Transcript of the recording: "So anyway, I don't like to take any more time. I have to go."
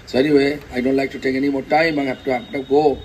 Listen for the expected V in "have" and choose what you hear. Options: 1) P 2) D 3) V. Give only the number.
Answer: 1